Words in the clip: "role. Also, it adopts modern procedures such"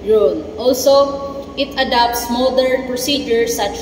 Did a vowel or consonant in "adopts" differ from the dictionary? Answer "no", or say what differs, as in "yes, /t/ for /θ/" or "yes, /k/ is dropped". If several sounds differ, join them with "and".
no